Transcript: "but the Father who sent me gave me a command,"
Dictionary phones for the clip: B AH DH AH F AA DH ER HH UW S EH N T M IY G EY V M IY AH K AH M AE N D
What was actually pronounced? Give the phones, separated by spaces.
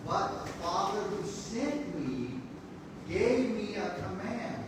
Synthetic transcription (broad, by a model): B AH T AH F AA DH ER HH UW S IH T M IY G EY V M IY AH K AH M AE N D